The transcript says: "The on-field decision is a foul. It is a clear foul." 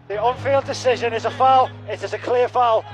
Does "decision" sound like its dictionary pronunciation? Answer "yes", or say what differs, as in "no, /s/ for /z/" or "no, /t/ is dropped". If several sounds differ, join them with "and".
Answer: yes